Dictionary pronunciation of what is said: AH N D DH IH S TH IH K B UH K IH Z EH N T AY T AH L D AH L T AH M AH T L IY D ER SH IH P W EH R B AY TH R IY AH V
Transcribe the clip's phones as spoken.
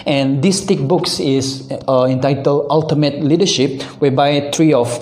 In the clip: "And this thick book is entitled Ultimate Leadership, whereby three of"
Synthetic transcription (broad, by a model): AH N D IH S T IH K B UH K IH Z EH N T AY T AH L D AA L T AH M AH T L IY D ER SH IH P W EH B AY T R IY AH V